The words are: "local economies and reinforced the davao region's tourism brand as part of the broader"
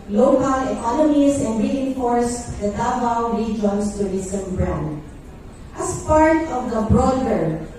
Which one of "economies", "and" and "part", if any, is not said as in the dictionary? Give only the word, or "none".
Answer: economies